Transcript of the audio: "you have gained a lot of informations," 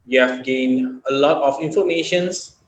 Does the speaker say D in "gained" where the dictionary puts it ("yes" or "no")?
yes